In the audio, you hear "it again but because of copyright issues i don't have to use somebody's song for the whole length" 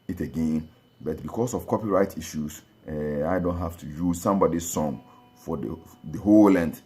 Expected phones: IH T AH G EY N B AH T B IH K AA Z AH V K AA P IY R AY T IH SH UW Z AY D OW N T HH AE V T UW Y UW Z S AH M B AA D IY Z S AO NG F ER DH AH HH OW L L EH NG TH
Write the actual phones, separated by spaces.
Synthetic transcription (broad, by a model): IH T AH G EY N B AH T B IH K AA S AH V K AA P IY R AY T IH SH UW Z AY D OW N T HH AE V T UW Y UW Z S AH M B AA D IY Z S AO NG F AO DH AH HH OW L L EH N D